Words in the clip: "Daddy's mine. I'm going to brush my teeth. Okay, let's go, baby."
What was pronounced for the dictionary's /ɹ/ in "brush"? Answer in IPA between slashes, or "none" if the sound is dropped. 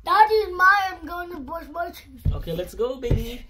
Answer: none